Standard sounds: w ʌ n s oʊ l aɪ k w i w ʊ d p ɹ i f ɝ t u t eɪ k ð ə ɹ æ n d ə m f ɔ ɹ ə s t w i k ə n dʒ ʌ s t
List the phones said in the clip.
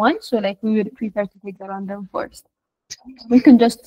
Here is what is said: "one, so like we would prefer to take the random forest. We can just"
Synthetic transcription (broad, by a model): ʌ n s oʊ l aɪ k w i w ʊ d p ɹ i p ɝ t u t eɪ k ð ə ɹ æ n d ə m f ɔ ɹ s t w i k ə n dʒ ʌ s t